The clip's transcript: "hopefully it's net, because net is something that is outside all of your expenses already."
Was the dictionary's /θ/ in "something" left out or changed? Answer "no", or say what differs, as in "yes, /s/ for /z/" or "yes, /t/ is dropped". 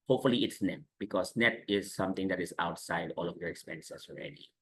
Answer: yes, /t/ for /θ/